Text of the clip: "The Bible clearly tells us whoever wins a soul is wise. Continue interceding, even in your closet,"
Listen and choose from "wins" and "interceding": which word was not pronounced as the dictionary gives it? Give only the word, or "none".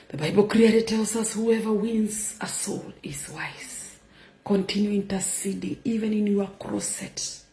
none